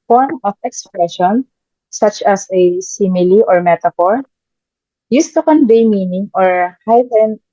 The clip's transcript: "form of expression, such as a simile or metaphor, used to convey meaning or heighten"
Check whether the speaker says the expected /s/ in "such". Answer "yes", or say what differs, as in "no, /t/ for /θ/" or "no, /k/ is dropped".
yes